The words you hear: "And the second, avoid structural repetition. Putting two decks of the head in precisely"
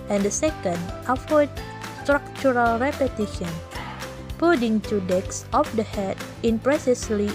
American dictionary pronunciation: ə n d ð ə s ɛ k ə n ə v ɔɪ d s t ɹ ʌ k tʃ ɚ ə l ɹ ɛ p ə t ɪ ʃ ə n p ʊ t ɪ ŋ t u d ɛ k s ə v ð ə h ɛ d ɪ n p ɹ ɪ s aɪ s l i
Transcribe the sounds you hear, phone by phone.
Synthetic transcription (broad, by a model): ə n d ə s ɛ k ə n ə f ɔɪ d s t ɹ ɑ k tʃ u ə l ɹ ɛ p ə t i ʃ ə n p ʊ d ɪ ŋ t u d ɛ k s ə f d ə h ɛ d ɪ n p ɹ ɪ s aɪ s l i